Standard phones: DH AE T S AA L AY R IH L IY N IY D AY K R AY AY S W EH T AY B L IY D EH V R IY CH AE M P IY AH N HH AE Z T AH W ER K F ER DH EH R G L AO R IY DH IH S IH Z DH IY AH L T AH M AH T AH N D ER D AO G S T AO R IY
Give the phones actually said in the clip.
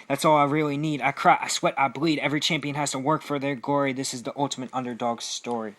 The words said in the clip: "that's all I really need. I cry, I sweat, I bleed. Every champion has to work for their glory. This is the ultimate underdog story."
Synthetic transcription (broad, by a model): DH AE T S AA L AY R IH L IY N IY D AY K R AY AY S W EH T AY B L IY D EH V R IY CH AE M P IY AH N HH AE Z T AH W ER K F ER DH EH R G AO R IY DH IH S IH Z DH IY AH L T AH M AH T AH N D ER D AO G S T AO R IY